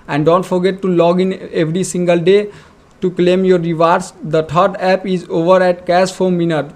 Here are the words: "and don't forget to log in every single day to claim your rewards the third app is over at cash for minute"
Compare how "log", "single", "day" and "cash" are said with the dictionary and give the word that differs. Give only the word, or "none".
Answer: cash